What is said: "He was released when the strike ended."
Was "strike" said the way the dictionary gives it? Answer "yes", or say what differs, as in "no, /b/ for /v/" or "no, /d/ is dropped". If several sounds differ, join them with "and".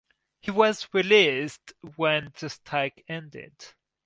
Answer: no, /ɹ/ is dropped